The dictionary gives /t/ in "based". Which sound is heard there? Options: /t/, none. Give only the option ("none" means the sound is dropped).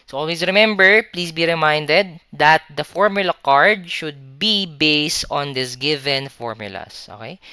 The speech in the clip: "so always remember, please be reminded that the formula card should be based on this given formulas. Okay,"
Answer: /t/